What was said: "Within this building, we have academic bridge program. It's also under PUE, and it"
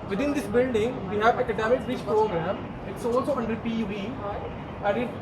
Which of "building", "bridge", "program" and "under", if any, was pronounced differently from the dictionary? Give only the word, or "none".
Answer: bridge